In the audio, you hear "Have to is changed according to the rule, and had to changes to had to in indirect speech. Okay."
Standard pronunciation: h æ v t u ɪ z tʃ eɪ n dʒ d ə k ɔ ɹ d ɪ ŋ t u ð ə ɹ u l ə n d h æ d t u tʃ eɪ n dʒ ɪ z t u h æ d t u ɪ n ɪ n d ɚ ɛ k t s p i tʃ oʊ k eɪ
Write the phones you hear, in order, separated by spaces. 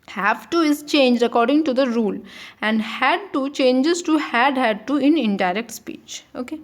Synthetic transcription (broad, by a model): h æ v t u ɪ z tʃ eɪ n dʒ ə k ɔ ɹ d ɪ ŋ t u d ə ɹ u l ə n d h æ d t u tʃ eɪ n dʒ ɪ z t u h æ d t u ɪ n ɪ n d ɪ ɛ k t s p i tʃ oʊ k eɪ